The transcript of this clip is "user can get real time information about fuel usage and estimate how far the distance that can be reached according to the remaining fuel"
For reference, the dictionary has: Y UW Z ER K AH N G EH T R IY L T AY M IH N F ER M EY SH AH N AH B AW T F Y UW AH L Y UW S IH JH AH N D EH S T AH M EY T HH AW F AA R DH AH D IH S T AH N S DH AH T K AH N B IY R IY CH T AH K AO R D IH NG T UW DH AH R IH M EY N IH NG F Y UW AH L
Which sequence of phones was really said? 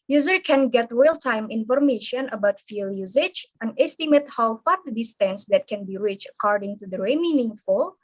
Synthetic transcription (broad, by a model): Y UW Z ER K AH N G EH T R IY L T AY M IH N F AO M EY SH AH N AH B AW T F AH L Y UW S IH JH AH N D EH S T AH M EY T HH AW F AA R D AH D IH S T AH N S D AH T K AH N B IY R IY CH AH K AO R D IH NG T UW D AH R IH M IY N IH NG F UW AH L